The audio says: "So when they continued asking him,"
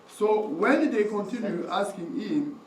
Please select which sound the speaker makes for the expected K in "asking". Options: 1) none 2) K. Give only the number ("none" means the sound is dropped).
2